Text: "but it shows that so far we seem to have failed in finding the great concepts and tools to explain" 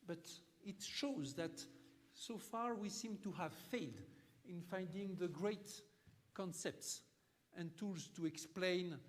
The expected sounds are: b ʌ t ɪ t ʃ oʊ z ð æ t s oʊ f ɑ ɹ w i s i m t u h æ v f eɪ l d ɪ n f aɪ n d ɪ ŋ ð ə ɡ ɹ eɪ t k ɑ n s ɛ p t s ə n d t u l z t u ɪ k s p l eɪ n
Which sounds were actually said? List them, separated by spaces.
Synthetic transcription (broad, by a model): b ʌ t ɪ t ʃ oʊ z ð æ t s oʊ f ɑ ɹ w i s i m t u h æ v f eɪ l d ɪ n f aɪ n d ɪ ŋ ð ə ɡ ɹ eɪ t k ɑ n s ɛ p t s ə n t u l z t u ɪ k s p l eɪ n